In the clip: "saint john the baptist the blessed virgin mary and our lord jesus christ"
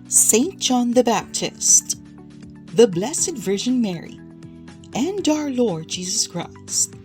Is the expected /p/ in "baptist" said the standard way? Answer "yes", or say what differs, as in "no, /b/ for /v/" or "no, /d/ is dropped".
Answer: yes